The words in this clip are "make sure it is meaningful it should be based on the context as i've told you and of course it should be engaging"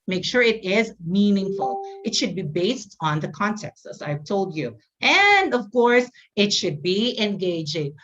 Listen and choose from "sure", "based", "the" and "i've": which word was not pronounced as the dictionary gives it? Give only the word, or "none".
none